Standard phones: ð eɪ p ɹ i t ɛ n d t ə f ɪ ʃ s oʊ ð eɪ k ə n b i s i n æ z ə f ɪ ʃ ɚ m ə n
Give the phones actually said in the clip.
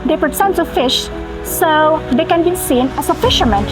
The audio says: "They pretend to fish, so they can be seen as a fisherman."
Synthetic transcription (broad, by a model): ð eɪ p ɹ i s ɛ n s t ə f ɪ ʃ s oʊ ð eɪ k ə n b i s i n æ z ə f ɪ ʃ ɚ m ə n